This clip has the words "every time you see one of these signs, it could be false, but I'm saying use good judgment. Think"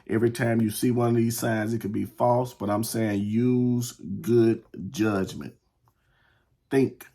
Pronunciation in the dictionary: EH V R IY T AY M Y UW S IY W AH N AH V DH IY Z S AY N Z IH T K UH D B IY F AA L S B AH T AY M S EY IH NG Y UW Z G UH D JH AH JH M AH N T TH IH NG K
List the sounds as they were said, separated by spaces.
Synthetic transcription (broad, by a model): EH V R IY T AY M Y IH S IY W AH N AH V DH IY Z S AY N Z IH T K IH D B IY F AA L S B AH T AY M S EY IH NG Y UW Z G UH D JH AH JH M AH N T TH IH NG K